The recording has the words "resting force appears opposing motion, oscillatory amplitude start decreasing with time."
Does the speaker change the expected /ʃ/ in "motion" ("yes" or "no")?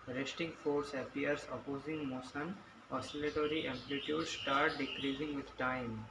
yes